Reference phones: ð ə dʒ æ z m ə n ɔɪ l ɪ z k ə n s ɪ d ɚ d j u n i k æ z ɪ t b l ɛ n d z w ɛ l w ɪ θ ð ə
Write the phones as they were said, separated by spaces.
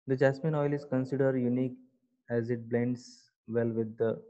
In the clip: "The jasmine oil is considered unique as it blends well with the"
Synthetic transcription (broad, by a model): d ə dʒ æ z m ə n ɔɪ l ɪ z k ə n s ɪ d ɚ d j u n i k æ z ɪ t b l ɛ n d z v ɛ l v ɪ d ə